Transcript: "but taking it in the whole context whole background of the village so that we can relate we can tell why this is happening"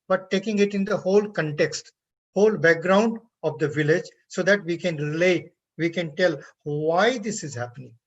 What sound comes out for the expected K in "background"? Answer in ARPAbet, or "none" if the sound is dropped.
K